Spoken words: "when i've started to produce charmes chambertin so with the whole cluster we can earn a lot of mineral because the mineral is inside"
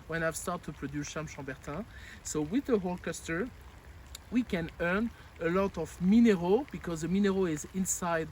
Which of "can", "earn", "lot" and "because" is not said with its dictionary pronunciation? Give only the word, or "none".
none